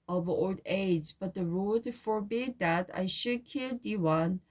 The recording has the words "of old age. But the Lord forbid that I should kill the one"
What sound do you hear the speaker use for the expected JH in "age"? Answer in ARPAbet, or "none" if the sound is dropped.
Z